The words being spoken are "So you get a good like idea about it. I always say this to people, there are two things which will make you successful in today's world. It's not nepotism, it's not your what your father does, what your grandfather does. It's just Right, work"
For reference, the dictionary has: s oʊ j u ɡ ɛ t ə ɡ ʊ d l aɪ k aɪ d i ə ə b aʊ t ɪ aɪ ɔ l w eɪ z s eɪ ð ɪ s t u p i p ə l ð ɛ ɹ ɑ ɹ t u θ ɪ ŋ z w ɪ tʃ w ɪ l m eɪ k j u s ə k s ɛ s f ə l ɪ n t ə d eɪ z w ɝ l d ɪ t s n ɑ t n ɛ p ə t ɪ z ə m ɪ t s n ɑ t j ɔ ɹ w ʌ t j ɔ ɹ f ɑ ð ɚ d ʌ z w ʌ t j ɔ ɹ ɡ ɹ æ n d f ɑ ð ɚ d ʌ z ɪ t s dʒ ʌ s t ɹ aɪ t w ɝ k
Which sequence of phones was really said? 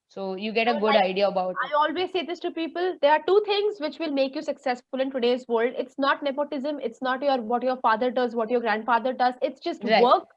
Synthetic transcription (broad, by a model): s oʊ j u ɡ ɛ t ə ɡ ʊ d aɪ aɪ d i ə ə b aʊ ɪ aɪ ɔ l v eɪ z s eɪ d ɪ s t u p i p ə l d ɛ ɹ ɑ ɹ t u t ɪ ŋ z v ɪ tʃ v ɪ l m eɪ k j u s ə k s ɛ s f ə l ɪ n t ə d eɪ z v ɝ l d ɪ t s n ɑ t n ɛ p ə t ɪ z ə m ɪ t s n ɑ t j ɔ ɹ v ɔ t j ɔ ɹ f ɑ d ɚ d ʌ z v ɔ t j ɔ ɹ ɡ ɹ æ n d f ɑ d ɚ d ʌ z ɪ t s dʒ ʌ s t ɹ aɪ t k